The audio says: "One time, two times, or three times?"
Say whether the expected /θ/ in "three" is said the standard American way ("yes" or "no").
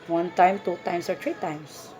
no